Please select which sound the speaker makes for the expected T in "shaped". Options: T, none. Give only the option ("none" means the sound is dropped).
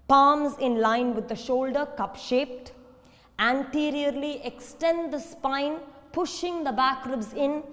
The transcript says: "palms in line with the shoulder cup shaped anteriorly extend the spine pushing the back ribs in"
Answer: T